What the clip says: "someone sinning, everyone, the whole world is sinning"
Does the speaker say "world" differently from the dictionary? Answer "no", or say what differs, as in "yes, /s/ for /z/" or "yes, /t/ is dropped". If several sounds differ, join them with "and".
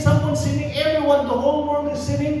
yes, /n/ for /l/